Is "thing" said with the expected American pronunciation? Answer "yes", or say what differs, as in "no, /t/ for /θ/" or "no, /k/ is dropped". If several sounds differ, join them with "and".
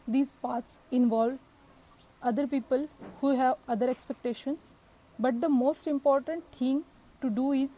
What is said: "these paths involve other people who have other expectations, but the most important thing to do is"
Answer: no, /t/ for /θ/